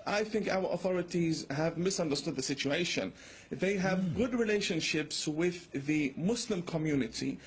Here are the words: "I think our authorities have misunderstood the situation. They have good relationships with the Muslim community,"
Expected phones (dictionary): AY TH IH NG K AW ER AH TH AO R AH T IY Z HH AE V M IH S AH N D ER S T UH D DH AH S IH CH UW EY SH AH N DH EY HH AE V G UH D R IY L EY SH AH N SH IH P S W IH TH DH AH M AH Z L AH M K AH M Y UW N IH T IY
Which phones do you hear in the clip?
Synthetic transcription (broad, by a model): AY TH IH NG K AW ER AH TH AO R AH T IY Z HH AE V M IH S AH N D ER S T UH D DH AH S IH CH UW EY SH AH N DH EY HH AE V G UH D R IY L EY SH AH N SH IH P S W IH DH AH M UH S L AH M K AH M Y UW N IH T IY